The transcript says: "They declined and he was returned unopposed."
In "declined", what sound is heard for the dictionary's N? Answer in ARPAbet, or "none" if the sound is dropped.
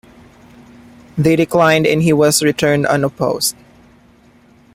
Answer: N